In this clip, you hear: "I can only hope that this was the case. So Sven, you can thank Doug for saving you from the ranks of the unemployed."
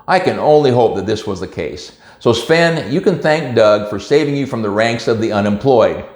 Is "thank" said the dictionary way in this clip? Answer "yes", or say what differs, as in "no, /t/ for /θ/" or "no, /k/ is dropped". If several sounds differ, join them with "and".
yes